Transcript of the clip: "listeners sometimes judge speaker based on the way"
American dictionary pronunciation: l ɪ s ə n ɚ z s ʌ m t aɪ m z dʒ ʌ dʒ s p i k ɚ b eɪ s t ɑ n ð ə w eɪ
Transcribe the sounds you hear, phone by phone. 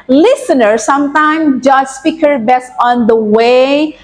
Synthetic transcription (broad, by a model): l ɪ s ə n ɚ s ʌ m t aɪ m dʒ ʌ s s p i k ɚ b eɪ s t ɑ n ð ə w eɪ